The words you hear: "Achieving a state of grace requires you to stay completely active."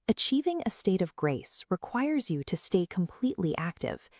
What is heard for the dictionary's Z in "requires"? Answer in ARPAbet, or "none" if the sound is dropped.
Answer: Z